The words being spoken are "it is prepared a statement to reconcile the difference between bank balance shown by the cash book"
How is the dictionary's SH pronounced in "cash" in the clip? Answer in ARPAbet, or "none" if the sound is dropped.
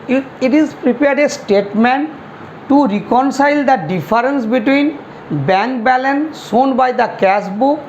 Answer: S